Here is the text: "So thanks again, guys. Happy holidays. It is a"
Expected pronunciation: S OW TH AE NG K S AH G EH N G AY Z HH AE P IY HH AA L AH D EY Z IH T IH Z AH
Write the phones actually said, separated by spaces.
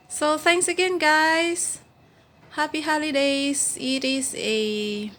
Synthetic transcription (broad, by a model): S OW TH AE NG K S AH G EH N G AY S HH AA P IY HH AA L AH D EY S IH T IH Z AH